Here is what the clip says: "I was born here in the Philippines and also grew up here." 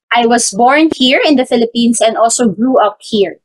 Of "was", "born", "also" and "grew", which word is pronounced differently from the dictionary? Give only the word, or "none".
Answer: was